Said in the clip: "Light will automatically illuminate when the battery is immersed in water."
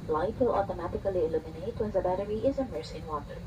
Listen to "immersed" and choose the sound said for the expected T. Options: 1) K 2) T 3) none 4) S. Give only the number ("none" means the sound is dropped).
3